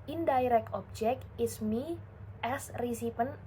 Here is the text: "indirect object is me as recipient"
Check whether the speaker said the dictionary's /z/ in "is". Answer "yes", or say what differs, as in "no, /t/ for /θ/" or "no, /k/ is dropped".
no, /s/ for /z/